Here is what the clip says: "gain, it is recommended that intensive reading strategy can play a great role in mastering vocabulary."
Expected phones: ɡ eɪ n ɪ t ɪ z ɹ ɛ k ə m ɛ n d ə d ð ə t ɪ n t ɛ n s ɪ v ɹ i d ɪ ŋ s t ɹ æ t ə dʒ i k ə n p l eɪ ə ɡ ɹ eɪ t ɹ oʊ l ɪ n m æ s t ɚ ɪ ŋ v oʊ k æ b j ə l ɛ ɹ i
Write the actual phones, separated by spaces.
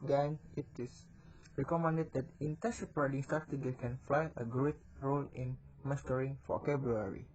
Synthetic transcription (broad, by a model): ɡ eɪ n ɪ t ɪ s ɹ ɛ k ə m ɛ n d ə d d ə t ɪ n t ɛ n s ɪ p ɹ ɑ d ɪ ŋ s t ɹ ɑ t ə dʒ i k ə n f l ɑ ə ɡ ɹ eɪ t ɹ oʊ l ɪ n m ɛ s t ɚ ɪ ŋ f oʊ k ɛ b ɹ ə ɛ ɹ i